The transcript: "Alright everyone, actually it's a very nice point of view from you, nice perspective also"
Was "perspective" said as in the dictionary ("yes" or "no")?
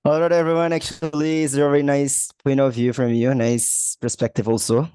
yes